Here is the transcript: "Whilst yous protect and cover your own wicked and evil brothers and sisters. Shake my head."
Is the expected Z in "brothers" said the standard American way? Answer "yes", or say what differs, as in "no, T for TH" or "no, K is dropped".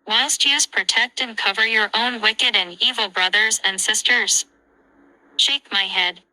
yes